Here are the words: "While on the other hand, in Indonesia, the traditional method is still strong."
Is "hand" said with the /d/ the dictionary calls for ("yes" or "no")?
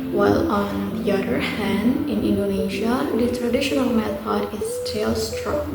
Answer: yes